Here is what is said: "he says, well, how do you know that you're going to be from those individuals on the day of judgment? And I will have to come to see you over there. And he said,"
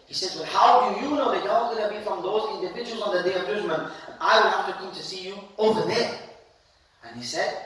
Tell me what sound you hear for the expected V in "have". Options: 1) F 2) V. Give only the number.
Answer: 1